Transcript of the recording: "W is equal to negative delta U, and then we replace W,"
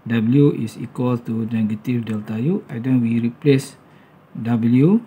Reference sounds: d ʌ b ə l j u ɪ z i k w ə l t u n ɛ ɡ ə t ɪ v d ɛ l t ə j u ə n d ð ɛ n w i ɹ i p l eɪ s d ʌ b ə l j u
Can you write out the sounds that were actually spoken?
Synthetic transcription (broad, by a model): d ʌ b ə l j u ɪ s i k w ə l t u n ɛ ɡ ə t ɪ f d ɛ l t ə j u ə d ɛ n w i ɹ i p l eɪ s d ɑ b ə l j u